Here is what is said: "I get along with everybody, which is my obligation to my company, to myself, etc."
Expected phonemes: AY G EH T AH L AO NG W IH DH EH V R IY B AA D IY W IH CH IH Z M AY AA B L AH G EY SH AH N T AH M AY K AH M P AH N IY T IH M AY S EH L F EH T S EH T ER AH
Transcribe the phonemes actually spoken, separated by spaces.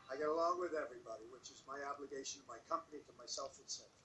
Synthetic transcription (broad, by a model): AY G EH T AH L AO NG W IH DH EH V R IY B AA D IY W IH CH IH Z M AY AA B L AH G EY SH AH N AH M AY K AH M P AH N IY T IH M AY S EH L F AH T S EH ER